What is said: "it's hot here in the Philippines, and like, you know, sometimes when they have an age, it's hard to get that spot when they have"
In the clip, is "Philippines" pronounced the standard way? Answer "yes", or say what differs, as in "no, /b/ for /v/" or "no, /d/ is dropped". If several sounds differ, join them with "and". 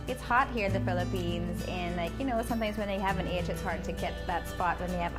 yes